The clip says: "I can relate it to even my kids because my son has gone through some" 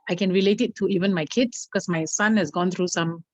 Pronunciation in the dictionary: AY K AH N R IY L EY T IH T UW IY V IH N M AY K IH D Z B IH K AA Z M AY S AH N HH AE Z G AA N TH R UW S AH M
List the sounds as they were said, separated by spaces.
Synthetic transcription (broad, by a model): AY K AH N R IY L EY T IH T UW IY V IH N M AY K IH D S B K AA S M AY S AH N HH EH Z G AA N T R UW S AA M